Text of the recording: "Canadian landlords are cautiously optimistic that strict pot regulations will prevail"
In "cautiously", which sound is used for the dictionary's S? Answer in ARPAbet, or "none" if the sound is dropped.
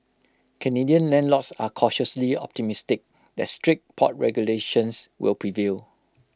S